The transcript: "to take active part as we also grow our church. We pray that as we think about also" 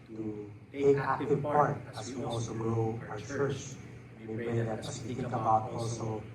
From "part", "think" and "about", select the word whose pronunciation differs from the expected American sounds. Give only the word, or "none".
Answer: think